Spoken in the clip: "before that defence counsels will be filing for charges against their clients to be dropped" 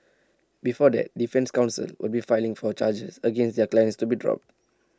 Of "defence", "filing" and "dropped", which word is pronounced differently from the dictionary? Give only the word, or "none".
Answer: none